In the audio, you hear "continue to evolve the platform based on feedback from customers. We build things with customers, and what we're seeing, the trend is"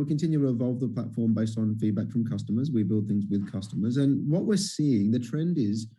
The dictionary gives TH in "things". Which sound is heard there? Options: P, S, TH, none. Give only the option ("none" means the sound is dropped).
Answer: TH